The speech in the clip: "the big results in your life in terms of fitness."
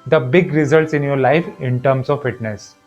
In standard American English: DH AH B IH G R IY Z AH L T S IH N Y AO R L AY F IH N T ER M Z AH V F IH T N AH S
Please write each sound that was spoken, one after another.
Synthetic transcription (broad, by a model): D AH B IH G R IY Z AH L T S IH N Y AO R L AY F IH N T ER M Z AH V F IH T N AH S